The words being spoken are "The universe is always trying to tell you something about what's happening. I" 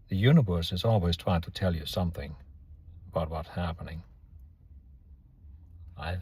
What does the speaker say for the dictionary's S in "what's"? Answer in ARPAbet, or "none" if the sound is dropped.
none